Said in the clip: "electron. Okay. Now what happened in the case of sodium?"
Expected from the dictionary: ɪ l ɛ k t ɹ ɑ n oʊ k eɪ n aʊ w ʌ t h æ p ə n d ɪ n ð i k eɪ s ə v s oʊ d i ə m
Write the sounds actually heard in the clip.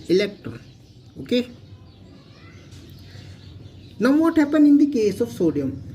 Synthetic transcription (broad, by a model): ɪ l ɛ k t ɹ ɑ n oʊ k eɪ n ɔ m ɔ t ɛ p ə n ɪ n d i k eɪ s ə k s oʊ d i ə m